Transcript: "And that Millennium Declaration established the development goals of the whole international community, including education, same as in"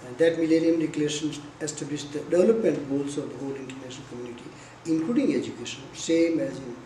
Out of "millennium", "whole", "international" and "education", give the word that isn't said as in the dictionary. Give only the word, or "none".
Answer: international